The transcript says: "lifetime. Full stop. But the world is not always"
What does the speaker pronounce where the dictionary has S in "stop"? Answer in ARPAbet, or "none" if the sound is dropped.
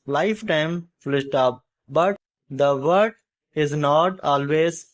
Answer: SH